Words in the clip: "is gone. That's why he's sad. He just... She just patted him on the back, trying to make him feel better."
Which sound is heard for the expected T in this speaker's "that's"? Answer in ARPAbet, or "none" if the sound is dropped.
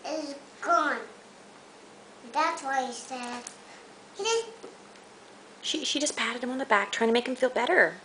T